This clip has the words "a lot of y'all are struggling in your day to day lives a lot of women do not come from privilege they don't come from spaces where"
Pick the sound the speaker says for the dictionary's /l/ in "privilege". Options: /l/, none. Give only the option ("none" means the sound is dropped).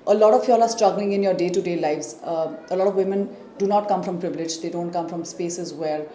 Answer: /l/